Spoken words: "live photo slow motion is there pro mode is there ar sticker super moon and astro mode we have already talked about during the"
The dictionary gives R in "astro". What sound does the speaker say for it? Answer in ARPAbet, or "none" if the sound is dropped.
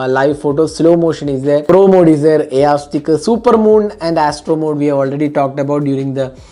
R